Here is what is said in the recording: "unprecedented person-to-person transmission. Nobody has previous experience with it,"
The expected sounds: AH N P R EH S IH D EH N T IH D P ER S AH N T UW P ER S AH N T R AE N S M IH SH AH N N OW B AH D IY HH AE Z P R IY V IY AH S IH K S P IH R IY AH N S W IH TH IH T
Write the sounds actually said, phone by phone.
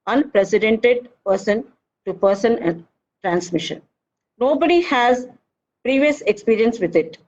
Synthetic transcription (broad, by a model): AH N P R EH S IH D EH N T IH D P ER S AH N T UW P ER S AH N T R AE N S M IH SH AH N N OW B AH D IY HH AE Z P R IY V IY AH S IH K S P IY R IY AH N S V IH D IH T